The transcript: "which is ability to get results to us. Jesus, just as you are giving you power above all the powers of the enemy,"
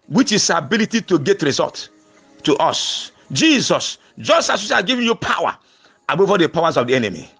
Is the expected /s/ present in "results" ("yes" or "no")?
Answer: no